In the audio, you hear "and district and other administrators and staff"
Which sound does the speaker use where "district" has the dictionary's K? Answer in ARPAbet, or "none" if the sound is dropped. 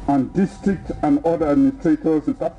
K